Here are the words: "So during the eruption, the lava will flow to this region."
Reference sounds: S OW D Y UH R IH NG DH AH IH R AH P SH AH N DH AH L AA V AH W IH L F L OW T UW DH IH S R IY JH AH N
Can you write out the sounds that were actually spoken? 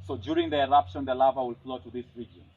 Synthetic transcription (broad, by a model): S OW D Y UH R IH NG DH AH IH R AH P SH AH N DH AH L AA V AH W IH L F L OW T UW DH IH S R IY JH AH N